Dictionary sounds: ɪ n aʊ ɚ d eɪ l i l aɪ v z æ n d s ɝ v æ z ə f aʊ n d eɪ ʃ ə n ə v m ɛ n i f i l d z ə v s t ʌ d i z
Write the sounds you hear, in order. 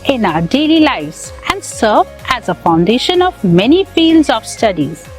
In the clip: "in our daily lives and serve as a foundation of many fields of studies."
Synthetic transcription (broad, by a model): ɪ n aʊ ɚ d eɪ l i l aɪ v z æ n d s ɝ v æ z ə f aʊ n d eɪ ʃ ə n ə v m ɛ n i f i l d z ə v s t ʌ d i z